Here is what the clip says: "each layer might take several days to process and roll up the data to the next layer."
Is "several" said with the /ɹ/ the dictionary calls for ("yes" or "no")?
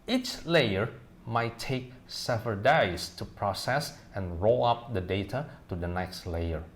no